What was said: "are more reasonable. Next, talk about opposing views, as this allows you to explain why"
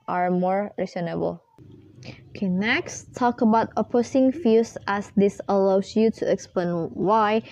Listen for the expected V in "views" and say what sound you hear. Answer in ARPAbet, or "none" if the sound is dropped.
F